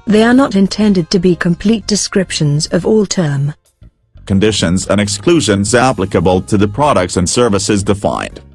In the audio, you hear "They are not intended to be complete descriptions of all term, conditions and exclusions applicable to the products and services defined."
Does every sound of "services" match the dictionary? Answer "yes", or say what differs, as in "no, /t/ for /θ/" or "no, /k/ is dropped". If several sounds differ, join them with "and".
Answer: yes